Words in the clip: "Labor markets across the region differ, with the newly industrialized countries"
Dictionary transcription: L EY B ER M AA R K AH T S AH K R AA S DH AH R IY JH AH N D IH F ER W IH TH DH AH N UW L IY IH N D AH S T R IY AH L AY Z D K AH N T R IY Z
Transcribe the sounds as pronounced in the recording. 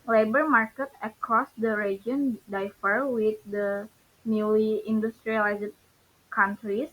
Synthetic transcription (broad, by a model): L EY B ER M AA R K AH T AH K R AA S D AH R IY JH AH N D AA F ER W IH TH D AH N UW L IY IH N D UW S T R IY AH L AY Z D K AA N T R IY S